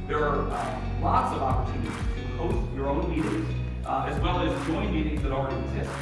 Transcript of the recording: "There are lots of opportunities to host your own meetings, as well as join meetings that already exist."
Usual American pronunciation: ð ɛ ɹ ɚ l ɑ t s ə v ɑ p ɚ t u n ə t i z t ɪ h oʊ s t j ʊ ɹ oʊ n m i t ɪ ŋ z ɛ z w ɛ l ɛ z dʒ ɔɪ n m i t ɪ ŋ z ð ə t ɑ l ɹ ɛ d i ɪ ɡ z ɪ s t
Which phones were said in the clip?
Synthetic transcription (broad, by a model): ð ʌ ɹ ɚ l ɑ t s ə v ɑ p ɚ t u n ə t i z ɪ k oʊ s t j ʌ ɹ oʊ n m i t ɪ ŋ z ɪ z w ɛ l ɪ z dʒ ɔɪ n m i t ɪ ŋ z ð ə t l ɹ ɛ d i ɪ ɡ z ɪ s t